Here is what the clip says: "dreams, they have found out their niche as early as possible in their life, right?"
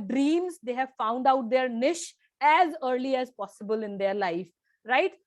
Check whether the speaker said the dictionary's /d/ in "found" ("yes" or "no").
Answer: yes